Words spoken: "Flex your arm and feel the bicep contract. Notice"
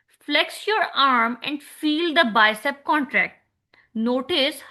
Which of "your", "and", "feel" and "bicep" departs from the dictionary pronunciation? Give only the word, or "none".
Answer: none